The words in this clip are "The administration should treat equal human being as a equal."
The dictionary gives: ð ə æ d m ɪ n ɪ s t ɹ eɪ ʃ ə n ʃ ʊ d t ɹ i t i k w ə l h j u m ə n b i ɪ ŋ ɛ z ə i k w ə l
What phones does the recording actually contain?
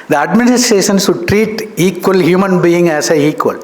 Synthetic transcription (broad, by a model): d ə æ d m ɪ n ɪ s t ɹ eɪ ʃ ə n s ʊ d t ɹ i t i k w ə l h j u m ə n b i ɪ ŋ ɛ s ə i k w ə l